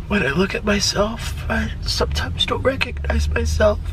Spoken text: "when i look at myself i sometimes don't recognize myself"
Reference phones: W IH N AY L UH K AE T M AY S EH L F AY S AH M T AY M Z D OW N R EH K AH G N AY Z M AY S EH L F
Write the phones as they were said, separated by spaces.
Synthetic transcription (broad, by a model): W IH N AY L UH K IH T M AY S EH L F AY S AH M T AY M Z D OW N R EH K AH G N AY Z M AY S EH L F